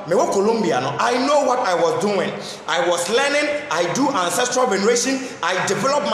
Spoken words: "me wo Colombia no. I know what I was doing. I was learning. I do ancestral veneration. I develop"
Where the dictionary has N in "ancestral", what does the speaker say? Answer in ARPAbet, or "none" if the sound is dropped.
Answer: N